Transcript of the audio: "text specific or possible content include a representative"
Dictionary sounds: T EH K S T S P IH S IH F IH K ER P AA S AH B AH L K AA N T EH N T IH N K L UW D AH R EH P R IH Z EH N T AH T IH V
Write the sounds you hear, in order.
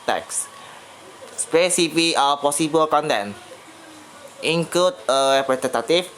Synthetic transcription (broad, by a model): T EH K S S P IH S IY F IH ER P AA S AH B AH L K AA N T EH N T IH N K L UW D AH R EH P R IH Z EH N T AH T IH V